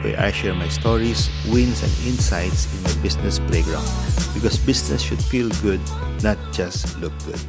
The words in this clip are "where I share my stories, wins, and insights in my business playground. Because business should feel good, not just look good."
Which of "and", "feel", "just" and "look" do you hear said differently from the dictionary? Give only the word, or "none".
none